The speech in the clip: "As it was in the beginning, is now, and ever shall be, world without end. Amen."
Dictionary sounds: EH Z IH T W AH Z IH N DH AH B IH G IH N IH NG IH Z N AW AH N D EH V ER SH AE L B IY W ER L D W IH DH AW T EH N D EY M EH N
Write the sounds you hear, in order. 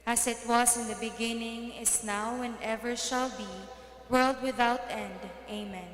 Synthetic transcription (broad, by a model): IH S IH T W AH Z IH N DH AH B IH G IH N IH NG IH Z N AW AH N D EH V ER SH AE L B IY W ER L D W IH DH AW T EH N D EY M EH N